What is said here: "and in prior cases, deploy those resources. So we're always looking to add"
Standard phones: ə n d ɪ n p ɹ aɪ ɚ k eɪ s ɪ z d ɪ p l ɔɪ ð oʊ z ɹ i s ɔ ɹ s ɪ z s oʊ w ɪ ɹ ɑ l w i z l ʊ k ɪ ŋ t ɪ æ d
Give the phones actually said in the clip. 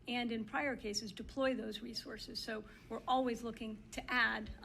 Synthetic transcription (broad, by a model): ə n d ɪ n p ɹ aɪ ɚ k eɪ s ɪ z d ɪ p l ɔɪ ð oʊ z ɹ i s ɔ ɹ s ɪ z s oʊ w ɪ ɹ ɑ l w i z l ʊ k ɪ ŋ t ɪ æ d